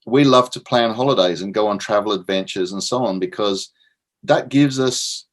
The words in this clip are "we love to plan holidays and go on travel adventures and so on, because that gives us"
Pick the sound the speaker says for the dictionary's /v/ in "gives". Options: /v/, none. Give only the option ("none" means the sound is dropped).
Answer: /v/